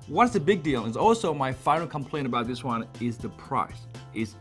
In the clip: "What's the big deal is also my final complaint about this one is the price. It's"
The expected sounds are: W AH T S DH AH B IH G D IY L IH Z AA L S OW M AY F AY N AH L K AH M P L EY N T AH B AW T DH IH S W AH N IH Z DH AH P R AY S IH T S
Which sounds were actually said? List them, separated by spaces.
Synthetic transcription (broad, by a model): W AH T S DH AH B IH G D IY L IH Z AA L S OW M AY F AY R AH K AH M P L EY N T AH B AW T DH IH S W AH N IH Z DH AH P R AY S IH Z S